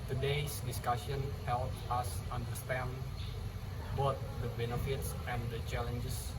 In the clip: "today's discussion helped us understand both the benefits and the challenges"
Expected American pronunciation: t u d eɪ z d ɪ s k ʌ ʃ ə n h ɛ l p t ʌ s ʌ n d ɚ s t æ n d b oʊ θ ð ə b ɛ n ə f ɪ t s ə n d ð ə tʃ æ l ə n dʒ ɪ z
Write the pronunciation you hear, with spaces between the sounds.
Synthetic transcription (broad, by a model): t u d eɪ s d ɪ s k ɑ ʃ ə n h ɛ l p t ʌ s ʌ n d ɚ s t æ n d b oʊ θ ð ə b ɛ n ə f ɪ t s ə n d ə tʃ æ l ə n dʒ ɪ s